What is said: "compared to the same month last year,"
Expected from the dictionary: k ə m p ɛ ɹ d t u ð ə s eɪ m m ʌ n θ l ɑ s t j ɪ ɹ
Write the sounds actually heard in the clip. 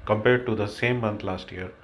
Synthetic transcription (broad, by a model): k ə m p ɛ ɹ d t u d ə s eɪ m m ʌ n t l ɑ s t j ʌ ɹ